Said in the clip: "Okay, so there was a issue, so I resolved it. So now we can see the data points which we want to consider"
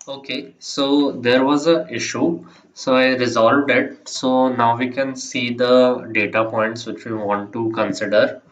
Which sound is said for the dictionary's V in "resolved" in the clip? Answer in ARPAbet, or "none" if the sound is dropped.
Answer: V